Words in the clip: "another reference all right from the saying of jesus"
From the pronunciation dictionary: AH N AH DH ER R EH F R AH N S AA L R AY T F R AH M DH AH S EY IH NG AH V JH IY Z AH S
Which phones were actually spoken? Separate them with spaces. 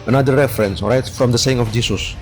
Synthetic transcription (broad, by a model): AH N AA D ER R EH F R AH N S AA R AY T F R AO M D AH S EY IH NG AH F JH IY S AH S